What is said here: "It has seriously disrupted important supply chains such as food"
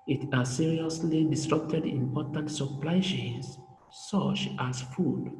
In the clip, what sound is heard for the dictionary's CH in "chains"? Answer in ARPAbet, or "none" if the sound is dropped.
SH